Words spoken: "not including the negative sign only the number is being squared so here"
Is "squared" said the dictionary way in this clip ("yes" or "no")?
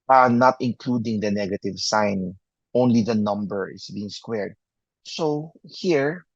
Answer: yes